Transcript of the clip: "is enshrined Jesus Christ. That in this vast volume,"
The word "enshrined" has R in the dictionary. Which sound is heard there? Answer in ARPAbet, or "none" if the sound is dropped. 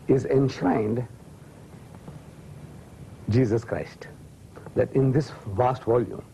none